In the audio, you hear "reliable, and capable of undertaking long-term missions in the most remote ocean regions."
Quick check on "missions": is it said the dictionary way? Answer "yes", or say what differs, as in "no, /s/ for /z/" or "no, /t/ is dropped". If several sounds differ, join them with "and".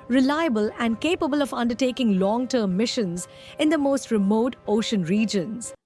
yes